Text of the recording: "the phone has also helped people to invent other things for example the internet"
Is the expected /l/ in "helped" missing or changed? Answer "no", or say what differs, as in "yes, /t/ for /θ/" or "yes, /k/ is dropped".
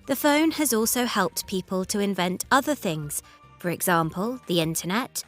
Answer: no